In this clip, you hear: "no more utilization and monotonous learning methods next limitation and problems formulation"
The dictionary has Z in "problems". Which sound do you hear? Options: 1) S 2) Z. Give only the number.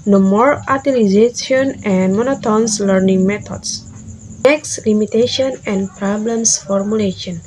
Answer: 1